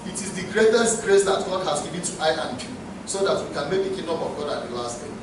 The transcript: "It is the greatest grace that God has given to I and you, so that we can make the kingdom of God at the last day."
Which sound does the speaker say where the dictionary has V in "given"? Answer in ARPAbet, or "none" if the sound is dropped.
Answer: B